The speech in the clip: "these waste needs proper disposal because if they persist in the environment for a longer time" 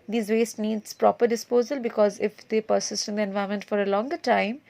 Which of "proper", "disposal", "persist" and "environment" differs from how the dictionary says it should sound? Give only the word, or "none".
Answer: environment